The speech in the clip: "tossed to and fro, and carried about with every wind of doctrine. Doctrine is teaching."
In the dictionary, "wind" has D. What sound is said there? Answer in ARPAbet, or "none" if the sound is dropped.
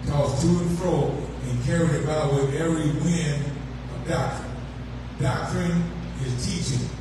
none